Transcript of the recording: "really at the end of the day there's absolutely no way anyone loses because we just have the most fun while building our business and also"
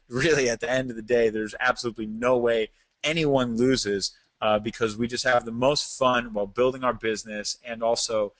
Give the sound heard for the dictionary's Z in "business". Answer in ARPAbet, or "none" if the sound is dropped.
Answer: Z